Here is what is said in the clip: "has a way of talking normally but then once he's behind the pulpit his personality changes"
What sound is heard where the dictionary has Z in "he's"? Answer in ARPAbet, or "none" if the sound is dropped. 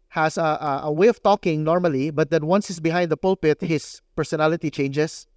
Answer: S